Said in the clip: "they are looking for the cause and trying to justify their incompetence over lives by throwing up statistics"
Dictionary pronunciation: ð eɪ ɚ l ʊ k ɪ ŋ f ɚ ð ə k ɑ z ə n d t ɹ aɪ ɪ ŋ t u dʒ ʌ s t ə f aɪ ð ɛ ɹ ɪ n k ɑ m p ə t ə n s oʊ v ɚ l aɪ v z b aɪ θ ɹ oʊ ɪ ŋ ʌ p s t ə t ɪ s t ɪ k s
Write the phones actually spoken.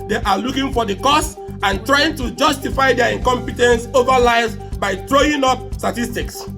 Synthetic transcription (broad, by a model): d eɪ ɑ l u k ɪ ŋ f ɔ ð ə k ɑ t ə n t ɹ aɪ ɪ ŋ t u dʒ ʌ s t ə f aɪ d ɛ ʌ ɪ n k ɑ m p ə t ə n s oʊ v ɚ l aɪ z b aɪ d ɹ oʊ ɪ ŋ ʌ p s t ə t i s t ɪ k s